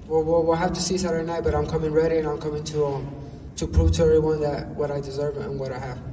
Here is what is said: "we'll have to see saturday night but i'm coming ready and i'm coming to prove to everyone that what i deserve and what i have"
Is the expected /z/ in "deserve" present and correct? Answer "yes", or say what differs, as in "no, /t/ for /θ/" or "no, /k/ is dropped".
yes